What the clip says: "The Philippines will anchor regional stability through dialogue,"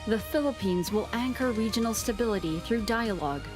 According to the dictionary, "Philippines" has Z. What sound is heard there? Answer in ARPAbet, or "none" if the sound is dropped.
Z